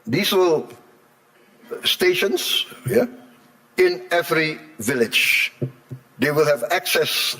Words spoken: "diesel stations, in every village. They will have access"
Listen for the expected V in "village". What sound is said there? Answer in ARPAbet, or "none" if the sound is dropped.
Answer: V